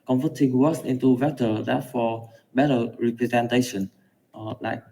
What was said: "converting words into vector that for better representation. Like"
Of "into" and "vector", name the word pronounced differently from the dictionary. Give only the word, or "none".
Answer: vector